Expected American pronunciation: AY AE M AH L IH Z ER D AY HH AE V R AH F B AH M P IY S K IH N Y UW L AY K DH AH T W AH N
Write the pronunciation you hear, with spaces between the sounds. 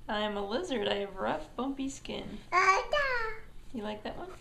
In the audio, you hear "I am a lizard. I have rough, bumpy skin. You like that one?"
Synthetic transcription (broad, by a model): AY M AH L IH Z ER D AY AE V R AH F B AH M P IY S K IH N Y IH L AY K DH AH T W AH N